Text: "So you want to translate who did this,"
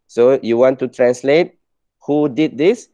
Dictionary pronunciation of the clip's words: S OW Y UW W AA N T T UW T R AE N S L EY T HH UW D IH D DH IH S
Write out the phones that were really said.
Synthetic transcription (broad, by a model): S OW Y UW W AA N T T UW T R AE N S L EY T HH UW D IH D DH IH S